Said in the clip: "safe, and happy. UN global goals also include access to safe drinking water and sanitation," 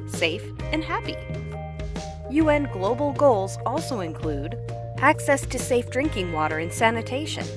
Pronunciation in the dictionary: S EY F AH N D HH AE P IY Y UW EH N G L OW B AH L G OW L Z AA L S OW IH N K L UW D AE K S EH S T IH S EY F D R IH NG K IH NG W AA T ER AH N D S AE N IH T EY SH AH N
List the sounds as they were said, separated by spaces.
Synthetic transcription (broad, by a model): S EY F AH N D HH AE P IY Y UW EH N G L OW B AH L G OW L Z AA L S OW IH N K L UW D AE K S EH S T IH S EY F D R IH NG K IH NG W AA T ER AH N S AE N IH T EY SH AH N